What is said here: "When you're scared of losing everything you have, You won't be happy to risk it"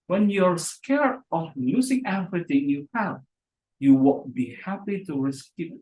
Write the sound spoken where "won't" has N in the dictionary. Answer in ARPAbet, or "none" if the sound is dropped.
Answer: L